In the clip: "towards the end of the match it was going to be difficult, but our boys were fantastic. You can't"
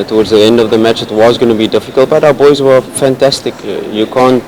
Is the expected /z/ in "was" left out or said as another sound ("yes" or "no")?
no